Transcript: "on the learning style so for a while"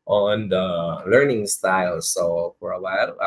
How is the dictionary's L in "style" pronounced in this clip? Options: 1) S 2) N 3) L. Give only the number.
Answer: 3